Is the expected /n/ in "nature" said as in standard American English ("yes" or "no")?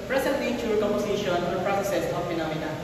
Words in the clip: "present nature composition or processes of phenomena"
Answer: no